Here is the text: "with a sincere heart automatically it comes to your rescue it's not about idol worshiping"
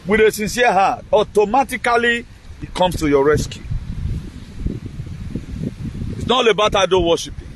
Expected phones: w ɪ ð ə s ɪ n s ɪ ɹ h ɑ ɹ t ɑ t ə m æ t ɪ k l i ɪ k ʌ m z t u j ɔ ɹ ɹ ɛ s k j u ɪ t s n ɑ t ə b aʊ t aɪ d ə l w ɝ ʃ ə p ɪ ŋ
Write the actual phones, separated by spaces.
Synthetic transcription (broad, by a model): w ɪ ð ə s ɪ n s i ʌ h ɑ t ɑ t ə m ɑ t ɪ k l i ɪ k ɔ m s t u j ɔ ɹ ɹ ɛ s k j u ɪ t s n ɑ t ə b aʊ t aɪ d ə n w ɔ ʃ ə p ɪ